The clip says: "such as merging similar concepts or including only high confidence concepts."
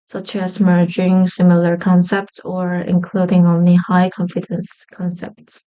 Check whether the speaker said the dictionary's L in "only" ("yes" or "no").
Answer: yes